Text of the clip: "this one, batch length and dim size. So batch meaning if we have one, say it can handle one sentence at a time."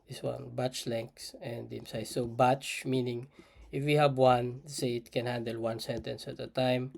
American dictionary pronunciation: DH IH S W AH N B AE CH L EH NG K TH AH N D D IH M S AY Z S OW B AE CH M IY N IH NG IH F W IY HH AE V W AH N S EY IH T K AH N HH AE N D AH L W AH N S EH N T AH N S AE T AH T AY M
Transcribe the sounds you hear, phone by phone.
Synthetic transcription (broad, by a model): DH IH S W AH N B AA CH L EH NG K S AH N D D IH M S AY S OW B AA CH M IY N IH NG IH F W IY HH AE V W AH N S EY IH T K AH N HH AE N D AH L W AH N S EH N T AH N S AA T AH T AY M